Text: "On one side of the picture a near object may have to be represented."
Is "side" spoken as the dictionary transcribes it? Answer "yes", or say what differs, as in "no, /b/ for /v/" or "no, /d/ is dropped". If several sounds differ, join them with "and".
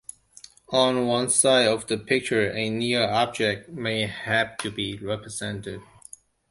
yes